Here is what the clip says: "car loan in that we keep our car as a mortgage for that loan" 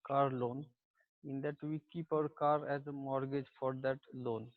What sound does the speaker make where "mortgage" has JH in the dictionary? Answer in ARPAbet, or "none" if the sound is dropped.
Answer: JH